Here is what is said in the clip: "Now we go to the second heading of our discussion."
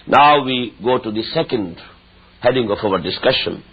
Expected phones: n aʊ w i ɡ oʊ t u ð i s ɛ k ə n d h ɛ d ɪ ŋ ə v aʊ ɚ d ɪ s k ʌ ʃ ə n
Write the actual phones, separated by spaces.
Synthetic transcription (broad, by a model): n aʊ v i ɡ oʊ t u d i s ɛ k ə n d h ɛ d ɪ ŋ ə f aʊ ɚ d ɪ s k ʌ ʃ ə n